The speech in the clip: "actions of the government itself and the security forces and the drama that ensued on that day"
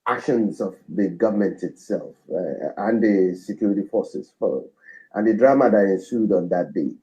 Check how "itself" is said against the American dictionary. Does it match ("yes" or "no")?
yes